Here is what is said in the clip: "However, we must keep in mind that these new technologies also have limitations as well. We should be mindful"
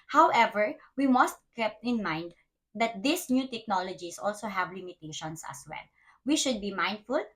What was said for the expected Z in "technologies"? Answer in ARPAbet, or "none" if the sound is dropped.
S